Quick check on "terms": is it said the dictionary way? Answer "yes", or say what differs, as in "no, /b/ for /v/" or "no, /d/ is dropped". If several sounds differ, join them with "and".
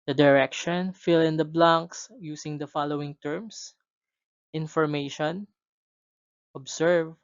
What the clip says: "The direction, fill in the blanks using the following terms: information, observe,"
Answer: no, /s/ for /z/